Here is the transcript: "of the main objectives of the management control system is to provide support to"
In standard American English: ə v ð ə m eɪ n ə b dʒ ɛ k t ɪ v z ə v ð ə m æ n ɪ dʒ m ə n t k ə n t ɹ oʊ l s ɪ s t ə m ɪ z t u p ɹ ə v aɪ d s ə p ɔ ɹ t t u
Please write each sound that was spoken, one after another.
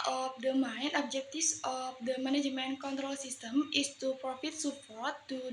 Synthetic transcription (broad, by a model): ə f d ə m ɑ n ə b dʒ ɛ k t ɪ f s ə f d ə m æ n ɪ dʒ m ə n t k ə n t ɹ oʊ l s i s t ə m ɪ s t u p ɹ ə f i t s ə p ɔ ɹ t t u